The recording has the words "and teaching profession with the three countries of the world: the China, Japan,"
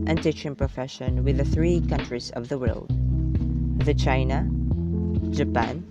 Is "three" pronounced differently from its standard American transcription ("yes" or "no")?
no